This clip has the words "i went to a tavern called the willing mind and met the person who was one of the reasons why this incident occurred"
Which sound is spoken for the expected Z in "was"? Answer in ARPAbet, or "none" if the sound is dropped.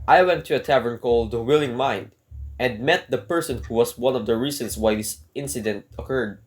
S